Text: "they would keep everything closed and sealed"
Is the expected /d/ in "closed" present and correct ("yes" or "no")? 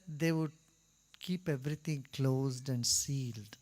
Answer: yes